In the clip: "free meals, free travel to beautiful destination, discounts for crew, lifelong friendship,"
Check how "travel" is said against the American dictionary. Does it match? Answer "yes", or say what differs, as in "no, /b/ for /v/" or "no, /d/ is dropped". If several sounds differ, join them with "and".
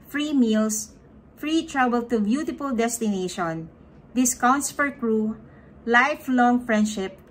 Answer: no, /b/ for /v/